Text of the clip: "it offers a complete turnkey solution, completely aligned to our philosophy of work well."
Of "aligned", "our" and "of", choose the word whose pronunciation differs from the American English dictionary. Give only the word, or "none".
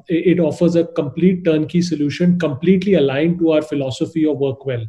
none